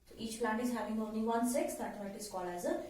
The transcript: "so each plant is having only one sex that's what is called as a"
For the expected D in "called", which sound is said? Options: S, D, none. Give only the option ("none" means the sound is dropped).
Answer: none